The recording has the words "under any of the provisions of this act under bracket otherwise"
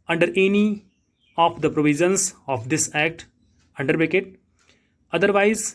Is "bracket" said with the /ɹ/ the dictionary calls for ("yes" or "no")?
no